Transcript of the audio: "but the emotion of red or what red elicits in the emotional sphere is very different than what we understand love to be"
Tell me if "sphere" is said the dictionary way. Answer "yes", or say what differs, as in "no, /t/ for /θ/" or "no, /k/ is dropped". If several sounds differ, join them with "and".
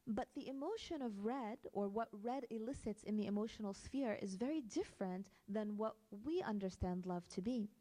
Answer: yes